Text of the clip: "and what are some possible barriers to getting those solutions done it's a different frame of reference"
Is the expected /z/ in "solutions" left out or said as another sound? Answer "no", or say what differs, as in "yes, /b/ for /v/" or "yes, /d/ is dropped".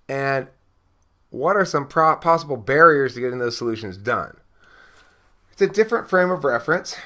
no